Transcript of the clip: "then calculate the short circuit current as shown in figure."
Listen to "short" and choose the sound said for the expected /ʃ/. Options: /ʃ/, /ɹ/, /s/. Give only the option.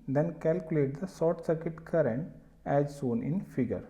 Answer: /s/